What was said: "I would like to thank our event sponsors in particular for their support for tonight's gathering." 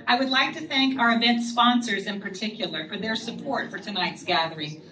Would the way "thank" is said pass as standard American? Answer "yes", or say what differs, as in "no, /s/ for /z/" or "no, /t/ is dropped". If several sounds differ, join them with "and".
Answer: yes